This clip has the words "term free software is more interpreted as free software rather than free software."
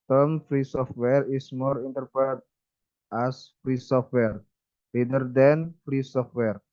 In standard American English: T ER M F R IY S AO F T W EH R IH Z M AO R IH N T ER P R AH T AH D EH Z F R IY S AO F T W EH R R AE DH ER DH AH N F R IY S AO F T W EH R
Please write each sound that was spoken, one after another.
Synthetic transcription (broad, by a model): T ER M F R IY S AO F T W EH R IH S M AO R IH N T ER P AH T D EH S F R IY S AO F T W EH R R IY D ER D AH N F R IY S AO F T W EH R